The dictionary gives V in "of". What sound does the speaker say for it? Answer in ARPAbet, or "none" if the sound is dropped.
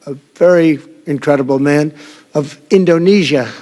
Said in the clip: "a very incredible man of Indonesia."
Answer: V